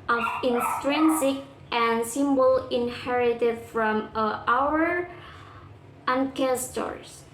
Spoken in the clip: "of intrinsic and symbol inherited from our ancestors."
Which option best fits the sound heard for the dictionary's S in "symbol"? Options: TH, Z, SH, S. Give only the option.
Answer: S